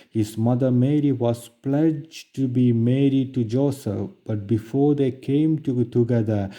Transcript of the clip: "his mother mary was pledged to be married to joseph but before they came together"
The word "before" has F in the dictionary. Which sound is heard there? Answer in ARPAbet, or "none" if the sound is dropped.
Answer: F